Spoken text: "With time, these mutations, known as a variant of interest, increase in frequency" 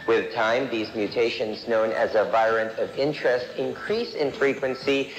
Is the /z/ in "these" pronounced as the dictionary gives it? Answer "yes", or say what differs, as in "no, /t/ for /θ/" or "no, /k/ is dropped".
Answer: yes